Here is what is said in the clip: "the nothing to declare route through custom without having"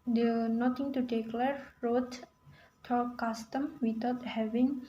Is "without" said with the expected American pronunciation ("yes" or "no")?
no